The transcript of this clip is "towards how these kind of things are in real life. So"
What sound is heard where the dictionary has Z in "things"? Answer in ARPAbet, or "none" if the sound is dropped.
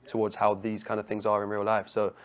Z